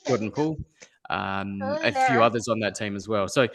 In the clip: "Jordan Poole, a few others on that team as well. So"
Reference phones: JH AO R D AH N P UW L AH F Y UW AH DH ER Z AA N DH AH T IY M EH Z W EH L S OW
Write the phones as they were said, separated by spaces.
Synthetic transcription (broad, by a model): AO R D N P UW L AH F Y UW AH DH ER Z N DH AH T IY M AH Z W EH L S OW